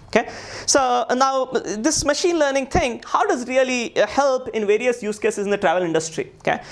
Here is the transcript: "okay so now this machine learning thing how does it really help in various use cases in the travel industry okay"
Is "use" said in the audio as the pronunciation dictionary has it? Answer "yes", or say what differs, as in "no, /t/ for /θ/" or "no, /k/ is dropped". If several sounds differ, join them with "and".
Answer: yes